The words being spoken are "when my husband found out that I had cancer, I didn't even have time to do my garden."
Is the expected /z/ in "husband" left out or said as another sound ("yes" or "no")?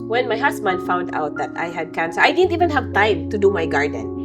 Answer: yes